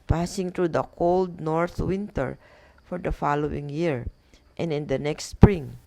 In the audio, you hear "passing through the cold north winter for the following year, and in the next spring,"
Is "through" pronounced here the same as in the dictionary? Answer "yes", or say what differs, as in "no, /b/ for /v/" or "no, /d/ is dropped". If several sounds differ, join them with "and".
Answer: no, /t/ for /θ/